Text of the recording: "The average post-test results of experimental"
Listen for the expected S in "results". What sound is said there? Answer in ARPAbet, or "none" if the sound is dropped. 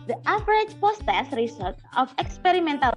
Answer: none